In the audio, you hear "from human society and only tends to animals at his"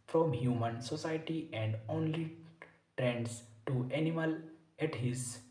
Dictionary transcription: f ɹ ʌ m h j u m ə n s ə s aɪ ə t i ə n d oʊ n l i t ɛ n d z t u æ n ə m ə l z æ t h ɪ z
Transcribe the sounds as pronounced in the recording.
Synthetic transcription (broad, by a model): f ɹ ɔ m h j u m ə n s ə s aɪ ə t i ə n d oʊ n l i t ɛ n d s t u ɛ n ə m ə l ɛ t h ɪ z